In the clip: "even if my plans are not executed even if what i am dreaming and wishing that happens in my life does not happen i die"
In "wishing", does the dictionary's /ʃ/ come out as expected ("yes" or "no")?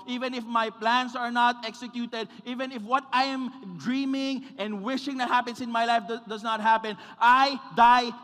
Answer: yes